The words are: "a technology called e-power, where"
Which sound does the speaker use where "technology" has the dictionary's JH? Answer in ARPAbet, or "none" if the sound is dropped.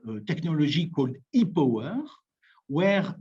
ZH